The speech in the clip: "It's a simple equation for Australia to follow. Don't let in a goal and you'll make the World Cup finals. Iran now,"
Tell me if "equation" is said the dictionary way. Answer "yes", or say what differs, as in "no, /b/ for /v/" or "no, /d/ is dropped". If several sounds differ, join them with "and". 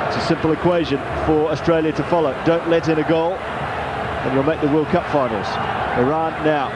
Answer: yes